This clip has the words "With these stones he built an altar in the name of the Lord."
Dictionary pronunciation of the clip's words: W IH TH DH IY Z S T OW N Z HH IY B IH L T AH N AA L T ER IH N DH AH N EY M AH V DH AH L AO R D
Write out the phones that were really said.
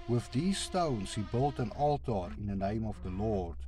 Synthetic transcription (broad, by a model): W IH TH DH IY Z S T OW N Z HH IY B IH L T AH N AA L T ER IH N DH AH N EY M AH V DH AH L AO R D